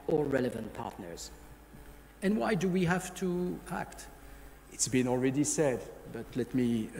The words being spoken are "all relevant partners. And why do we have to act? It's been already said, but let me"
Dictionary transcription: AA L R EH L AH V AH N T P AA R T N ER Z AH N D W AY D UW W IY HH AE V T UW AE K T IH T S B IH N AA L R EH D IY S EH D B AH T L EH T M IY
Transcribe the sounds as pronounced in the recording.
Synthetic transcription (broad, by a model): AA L R EH L AH V AH N T P AA R T N ER Z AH N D W AY D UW W IY HH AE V T UW AE K T IH T S B IH N AA L R EH D IY S EH D B AH T L EH T M IY